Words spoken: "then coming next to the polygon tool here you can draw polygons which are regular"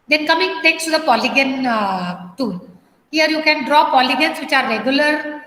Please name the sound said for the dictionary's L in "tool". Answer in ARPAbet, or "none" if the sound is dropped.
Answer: N